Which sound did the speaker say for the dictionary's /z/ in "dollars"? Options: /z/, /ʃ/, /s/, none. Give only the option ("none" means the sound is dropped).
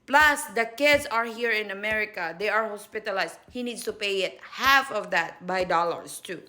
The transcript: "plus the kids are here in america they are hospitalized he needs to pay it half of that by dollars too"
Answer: /s/